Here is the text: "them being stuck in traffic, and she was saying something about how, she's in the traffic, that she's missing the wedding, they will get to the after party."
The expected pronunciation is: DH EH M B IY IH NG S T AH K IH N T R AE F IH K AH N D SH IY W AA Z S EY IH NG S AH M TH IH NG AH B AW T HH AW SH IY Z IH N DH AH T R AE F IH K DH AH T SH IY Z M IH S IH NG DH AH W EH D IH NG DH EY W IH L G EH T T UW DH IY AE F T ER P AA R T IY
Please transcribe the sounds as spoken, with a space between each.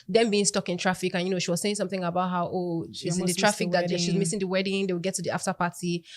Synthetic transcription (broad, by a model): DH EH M B IY IH NG S T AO K IH N T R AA F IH K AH N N SH IY W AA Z S EY IH NG S AH M TH IH NG AH B AW T HH AW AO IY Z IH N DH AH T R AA F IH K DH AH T SH IY Z M IH S IH NG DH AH W EH D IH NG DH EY W IH L G EH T T UW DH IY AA F T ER P AA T IY